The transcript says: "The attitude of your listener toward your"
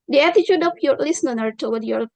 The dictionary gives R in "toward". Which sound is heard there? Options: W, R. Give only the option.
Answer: W